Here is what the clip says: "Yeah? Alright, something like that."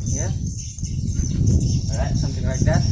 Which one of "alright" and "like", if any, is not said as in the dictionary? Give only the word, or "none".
alright